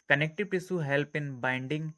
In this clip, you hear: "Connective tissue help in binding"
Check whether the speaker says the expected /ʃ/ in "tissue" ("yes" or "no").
no